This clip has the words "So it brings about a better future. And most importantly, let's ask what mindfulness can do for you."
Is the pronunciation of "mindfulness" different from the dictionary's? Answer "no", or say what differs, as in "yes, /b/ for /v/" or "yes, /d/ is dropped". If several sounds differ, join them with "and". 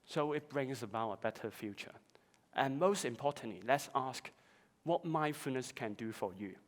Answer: yes, /l/ is dropped